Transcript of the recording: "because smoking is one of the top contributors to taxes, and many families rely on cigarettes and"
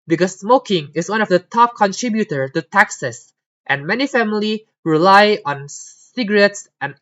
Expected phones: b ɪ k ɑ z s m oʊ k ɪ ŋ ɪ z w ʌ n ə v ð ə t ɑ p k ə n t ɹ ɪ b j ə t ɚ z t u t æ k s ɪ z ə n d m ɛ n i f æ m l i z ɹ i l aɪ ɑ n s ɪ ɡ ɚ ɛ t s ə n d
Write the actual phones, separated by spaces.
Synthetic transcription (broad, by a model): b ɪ k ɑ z s m oʊ k ɪ ŋ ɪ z w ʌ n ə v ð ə t ɑ p k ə n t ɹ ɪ b j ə t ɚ t u t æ k s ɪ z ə n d m ɛ n i f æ m l i ɹ i l aɪ ɑ n s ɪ ɡ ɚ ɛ t s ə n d